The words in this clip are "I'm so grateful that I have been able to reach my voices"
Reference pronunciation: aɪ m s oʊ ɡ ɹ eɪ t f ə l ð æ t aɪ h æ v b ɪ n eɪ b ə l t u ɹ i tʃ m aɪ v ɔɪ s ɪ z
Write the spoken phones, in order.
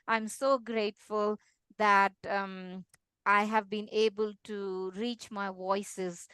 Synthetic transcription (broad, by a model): aɪ m s oʊ ɡ ɹ eɪ t f ə l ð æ t aɪ h æ v b ɪ n eɪ b ə l t u ɹ i tʃ m aɪ v ɔɪ s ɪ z